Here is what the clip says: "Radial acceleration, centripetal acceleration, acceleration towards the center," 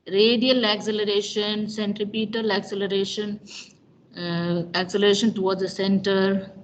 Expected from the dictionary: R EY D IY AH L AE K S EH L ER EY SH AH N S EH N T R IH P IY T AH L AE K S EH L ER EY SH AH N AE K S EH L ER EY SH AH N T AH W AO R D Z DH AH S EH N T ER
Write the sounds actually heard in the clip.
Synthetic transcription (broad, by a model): R EY D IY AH L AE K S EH L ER EY SH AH N S EH N T R IH P IY T AH L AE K S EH L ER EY SH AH N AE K S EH L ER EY SH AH N T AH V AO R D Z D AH S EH N T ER